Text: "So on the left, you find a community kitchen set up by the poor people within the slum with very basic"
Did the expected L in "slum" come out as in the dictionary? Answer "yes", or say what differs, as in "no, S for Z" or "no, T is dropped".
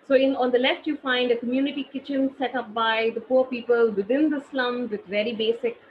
yes